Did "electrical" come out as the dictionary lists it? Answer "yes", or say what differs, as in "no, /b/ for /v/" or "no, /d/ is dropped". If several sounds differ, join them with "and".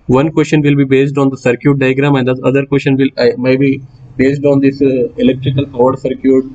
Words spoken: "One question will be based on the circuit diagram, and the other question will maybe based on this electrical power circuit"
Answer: yes